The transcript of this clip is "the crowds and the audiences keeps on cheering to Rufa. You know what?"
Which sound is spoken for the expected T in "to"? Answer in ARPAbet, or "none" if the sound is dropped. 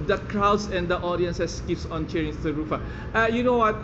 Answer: S